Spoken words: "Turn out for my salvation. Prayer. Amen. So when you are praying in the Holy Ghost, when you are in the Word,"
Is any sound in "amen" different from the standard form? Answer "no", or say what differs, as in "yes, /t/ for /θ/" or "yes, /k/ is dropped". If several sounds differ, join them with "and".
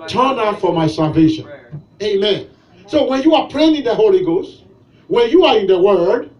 no